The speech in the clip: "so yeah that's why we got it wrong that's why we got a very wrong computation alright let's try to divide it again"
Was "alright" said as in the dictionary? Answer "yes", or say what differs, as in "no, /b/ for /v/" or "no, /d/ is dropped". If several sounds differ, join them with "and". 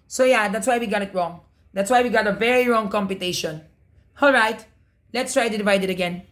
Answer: yes